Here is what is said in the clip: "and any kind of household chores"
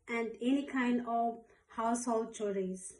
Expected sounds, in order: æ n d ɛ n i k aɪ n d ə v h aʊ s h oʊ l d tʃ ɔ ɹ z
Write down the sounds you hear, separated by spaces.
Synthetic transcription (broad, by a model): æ n d ɛ n i k aɪ n d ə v h aʊ s h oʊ l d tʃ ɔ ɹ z